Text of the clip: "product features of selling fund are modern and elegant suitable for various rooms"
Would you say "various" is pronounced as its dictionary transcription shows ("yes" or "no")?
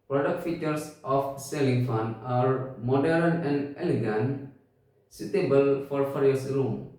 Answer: no